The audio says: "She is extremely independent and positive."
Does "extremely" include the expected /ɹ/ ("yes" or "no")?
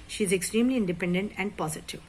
yes